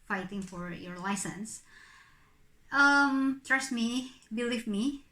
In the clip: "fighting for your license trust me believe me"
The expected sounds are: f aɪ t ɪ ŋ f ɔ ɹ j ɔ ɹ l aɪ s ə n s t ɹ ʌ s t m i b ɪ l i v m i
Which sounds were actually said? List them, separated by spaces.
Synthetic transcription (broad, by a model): f aɪ t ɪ ŋ f ɔ ɹ j ɔ ɹ l aɪ s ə n s t ɹ ʌ s t m i b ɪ l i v m i